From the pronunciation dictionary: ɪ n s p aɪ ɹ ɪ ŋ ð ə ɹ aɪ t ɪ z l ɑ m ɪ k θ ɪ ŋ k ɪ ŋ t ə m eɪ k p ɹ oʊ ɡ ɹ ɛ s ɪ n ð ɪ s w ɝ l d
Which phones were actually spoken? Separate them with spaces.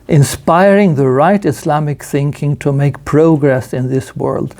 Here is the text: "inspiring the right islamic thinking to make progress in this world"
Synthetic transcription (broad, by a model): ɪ n s p aɪ ɹ ɪ ŋ ð ə ɹ aɪ t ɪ s l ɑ m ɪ k θ ɪ ŋ k ɪ ŋ t ə m eɪ k p ɹ oʊ ɡ ɹ ɛ s ɪ n ð ɪ s w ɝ l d